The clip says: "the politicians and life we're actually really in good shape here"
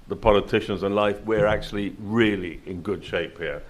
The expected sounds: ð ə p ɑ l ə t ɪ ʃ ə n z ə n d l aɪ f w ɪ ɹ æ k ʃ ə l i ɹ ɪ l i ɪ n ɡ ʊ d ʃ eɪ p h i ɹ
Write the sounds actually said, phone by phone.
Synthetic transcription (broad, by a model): ð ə p ɑ l ə t ɪ ʃ ə n z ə n l aɪ f w ɪ ɹ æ k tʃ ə l i ɹ ɪ l i ɪ n ɡ ʊ d ʃ eɪ p h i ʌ